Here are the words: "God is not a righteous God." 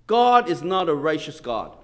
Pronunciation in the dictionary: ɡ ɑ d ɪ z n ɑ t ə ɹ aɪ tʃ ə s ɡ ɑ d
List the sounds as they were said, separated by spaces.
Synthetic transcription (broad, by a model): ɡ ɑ d ɪ z n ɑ t ə ɹ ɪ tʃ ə s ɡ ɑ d